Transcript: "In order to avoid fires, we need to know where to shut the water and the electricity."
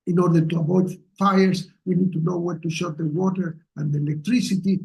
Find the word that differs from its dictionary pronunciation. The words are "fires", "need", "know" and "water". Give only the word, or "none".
fires